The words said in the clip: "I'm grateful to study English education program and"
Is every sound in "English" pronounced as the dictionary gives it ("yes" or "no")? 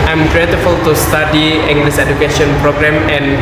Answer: no